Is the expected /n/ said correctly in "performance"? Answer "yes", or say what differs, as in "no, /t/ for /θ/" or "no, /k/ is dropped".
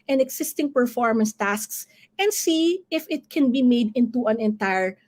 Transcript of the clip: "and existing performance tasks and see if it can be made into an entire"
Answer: yes